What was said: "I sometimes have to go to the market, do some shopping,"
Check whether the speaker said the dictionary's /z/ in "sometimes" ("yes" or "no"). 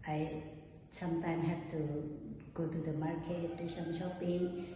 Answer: no